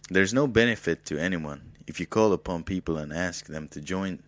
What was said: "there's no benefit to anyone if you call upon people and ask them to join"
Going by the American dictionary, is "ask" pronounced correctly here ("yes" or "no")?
yes